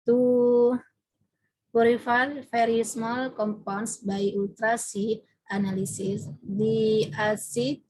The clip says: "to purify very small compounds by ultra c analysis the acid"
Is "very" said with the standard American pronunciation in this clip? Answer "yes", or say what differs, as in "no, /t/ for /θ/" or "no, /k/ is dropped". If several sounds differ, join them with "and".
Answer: no, /f/ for /v/